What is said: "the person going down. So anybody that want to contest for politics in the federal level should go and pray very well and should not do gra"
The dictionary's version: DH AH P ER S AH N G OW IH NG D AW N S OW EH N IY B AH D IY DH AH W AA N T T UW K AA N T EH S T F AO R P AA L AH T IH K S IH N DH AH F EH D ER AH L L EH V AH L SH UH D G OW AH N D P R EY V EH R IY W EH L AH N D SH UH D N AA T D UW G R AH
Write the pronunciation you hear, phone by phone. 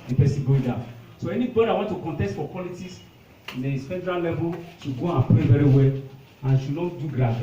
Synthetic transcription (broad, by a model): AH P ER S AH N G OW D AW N S OW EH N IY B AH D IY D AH W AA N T T UW K AA N T EH S T F AO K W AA L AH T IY S IH N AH F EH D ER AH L L EH V AH L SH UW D G OW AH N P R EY V EH R IY W EH L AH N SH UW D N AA D UW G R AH